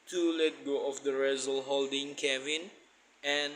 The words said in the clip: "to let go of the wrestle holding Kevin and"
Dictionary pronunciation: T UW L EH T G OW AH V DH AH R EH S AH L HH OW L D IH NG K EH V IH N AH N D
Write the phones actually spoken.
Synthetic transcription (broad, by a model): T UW L EH T G OW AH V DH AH R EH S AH L HH OW L D IH NG K EH V IH N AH N